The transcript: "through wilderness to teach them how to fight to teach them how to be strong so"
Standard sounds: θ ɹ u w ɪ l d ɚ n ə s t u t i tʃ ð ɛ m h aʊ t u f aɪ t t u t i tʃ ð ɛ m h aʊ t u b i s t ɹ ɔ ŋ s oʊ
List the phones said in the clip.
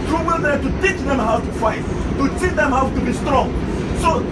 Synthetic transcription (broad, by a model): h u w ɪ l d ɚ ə t u t i tʃ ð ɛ m h aʊ t u f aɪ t t u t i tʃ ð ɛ m h aʊ t u b i s t ɹ ɔ ŋ s oʊ